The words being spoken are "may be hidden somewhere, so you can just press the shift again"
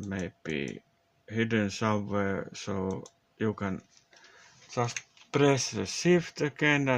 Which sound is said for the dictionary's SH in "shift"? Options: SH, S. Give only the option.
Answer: S